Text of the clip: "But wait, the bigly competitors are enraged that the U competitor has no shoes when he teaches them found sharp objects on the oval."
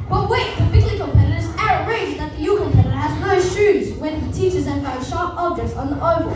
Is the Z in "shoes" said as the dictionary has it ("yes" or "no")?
yes